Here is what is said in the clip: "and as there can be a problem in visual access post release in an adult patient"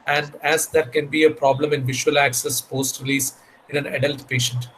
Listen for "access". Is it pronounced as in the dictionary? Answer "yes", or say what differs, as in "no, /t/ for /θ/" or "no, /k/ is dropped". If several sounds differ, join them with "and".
yes